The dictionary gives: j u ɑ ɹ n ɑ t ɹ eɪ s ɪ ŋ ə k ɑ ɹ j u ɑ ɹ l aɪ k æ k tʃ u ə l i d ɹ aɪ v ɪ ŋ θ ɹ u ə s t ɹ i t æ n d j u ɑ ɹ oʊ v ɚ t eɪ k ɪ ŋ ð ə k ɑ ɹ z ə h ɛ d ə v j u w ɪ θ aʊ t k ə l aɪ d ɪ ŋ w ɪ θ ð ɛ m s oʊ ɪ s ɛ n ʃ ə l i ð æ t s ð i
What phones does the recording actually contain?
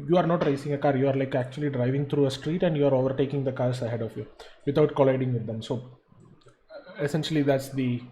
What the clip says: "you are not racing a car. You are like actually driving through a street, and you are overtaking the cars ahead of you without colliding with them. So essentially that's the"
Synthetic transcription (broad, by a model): j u ɑ ɹ n ɑ t ɹ eɪ s ɪ ŋ ə k ɑ ɹ j u ɑ ɹ l aɪ k æ k tʃ u ə l i d ɹ aɪ v ɪ ŋ t ɹ u ə s t ɹ i t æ n d j u ɑ ɹ oʊ v ɚ t eɪ k ɪ ŋ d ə k ɑ ɹ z ə h ɛ d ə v j u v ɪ t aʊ t k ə l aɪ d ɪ ŋ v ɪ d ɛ m s oʊ ɪ s ɛ n ʃ ə l i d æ t s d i